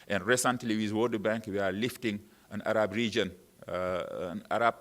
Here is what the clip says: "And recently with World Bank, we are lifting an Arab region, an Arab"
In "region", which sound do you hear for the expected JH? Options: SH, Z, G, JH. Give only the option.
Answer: JH